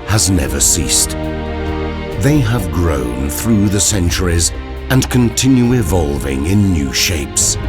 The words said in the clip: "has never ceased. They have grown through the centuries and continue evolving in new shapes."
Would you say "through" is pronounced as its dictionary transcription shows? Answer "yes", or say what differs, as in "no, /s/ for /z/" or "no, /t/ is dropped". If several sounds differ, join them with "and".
yes